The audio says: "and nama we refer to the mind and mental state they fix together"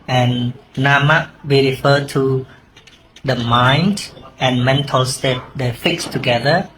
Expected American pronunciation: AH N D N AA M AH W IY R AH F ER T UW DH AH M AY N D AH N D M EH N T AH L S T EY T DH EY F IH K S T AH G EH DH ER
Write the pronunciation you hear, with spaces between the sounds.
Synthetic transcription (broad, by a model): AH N N AA M AH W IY R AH F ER T UW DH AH M AY N D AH N M EH N T AH L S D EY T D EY F IH K S T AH G EH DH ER